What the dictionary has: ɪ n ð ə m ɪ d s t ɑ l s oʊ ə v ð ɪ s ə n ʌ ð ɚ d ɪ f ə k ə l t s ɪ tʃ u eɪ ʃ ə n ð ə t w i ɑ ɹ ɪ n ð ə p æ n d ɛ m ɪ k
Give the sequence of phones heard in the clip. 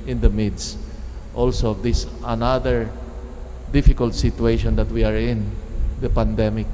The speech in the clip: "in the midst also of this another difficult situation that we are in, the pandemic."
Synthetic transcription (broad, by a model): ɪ n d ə m ɪ d s t ɑ l s oʊ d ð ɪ s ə n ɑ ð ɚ d ɪ f ə k ə l t s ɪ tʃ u eɪ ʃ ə n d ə t w i ɑ ɹ ɪ n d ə p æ n d ɛ m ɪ k